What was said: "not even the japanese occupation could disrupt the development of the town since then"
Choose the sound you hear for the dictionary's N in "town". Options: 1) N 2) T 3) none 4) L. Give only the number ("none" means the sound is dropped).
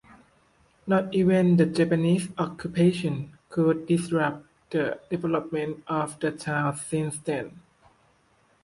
4